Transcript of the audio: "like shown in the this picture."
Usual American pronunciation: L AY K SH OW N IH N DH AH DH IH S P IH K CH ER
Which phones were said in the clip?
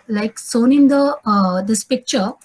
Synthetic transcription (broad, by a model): L AY K S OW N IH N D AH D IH S P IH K CH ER